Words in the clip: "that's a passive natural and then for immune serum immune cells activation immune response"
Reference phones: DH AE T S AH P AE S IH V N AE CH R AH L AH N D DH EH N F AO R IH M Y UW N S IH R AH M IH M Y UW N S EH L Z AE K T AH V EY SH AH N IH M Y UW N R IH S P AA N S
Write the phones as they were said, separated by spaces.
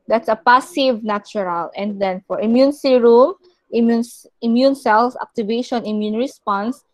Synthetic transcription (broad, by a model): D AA T S AH P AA S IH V N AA CH R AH L AH N D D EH N F AO R IH M Y UW N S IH R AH M IH M Y UW N S EH L S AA K T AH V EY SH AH N IH M Y UW N R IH S P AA N S